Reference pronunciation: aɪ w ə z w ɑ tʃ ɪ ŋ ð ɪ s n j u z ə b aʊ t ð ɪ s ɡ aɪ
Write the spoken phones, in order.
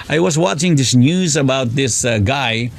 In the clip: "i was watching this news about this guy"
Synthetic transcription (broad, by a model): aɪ w ə z w ɑ tʃ ɪ ŋ ð ɪ s n j u z ə b aʊ t ð ɪ s ɡ aɪ